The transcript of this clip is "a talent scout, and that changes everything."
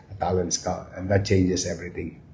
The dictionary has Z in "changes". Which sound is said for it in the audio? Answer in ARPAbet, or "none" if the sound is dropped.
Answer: S